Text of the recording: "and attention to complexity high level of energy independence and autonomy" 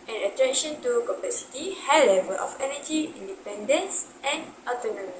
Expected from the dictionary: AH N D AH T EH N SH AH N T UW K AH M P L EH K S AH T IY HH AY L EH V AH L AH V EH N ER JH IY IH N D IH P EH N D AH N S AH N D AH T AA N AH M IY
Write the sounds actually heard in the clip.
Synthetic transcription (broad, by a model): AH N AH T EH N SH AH N T UW K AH P EH S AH T IY HH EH L EH V AH L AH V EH N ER JH IY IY N D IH P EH N D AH N S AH N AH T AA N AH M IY